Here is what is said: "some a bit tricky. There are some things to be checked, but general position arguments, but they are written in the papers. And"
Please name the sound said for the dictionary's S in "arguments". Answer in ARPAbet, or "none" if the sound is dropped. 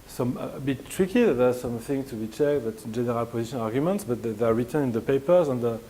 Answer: S